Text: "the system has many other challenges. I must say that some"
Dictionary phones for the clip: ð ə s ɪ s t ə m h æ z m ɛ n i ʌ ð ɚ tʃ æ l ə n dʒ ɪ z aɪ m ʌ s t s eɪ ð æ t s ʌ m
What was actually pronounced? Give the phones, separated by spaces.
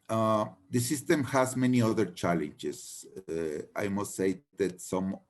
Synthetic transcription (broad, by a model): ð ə s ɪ s t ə m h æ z m ɛ n i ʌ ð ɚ tʃ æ l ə n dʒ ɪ s aɪ m ʌ s t s eɪ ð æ t s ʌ m